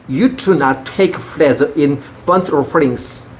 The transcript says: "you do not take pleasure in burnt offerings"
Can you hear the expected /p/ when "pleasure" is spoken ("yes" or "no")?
no